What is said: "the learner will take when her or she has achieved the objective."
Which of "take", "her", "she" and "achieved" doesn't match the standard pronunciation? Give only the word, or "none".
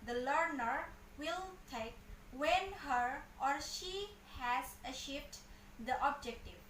achieved